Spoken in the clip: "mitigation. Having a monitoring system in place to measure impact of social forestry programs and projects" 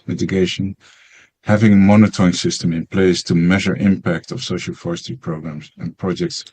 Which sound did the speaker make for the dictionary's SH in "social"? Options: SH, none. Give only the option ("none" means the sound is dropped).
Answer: SH